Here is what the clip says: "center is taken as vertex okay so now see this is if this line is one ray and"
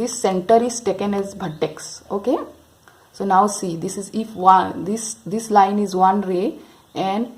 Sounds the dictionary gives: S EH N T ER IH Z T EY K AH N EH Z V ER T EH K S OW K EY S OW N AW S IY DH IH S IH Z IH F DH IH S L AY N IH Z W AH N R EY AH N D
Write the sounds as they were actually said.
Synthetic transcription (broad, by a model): S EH N T ER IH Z T EY K AH N EH Z B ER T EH K S OW K EY S OW N AW S IY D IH S IH Z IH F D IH S L AY N IH Z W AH N R EY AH N D